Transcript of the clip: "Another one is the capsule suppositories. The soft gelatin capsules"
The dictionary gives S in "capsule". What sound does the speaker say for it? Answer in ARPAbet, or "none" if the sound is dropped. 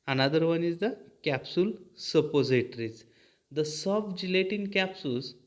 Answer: S